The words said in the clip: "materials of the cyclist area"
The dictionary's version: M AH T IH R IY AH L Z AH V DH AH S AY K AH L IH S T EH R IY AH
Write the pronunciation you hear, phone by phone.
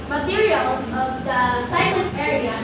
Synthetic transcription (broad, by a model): M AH T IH R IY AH L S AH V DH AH S AY AH N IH S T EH R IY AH